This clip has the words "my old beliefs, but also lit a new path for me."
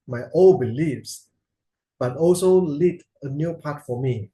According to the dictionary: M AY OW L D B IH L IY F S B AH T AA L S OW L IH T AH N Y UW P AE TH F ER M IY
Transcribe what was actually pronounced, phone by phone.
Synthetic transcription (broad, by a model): M AY OW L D B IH L IY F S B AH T AA L S OW L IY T AH N Y UW P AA T F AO M IY